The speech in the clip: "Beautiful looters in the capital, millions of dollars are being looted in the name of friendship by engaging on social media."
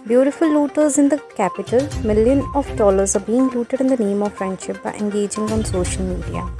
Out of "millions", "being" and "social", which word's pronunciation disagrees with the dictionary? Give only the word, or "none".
millions